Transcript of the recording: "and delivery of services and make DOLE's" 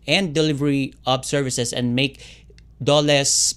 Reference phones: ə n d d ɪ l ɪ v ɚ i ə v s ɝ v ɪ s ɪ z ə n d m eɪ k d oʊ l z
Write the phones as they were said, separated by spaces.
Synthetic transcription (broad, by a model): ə n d d ɪ l ɪ v ɚ i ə b s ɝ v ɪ s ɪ s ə n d m eɪ k d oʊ l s